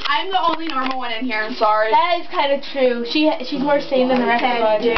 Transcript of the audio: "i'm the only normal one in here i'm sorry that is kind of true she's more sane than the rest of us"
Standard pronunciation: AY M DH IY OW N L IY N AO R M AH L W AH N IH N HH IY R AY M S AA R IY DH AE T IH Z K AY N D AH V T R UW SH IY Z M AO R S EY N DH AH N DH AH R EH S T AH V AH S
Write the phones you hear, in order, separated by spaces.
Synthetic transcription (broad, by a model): AY M DH IY OW N L IY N AO R M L W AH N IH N HH IY R AY M S AA R IY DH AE T IH Z K AY N D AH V T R UW SH IY Z M AO R S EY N DH AH N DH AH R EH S AH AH